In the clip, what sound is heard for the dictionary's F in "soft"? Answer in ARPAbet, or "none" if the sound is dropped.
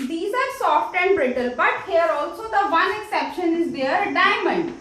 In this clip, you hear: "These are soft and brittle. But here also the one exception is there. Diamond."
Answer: F